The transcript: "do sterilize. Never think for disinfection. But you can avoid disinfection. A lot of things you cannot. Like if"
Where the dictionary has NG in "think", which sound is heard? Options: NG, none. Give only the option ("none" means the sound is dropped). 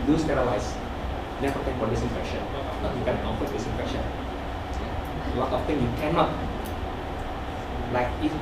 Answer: none